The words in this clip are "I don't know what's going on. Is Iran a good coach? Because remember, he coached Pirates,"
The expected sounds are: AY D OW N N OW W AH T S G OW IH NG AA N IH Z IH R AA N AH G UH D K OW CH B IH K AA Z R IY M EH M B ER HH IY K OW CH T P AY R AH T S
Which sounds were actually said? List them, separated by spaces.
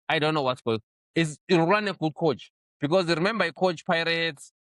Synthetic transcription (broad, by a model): AY D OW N N OW W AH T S G OW IH NG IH S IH AA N AH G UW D K OW CH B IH K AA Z R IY M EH M B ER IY K OW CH P AY R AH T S